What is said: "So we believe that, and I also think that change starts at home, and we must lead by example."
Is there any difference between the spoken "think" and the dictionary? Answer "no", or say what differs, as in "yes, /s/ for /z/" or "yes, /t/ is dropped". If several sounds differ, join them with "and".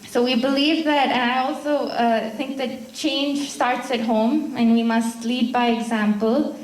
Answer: no